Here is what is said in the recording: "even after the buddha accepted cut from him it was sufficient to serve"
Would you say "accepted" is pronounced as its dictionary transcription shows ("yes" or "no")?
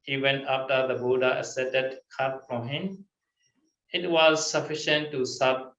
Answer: no